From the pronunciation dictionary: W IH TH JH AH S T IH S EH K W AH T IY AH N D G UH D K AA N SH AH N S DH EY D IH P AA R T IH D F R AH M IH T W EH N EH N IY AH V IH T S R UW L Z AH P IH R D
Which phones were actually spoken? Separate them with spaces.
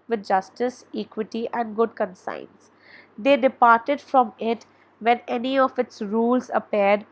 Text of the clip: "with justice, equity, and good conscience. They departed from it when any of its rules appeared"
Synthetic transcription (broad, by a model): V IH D JH AH S T IH S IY K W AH T IY AH N D G UH D K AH N S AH N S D EY D IH P AA R T IH D F R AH M IH T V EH N EH N IY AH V IH T S R UW L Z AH P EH R D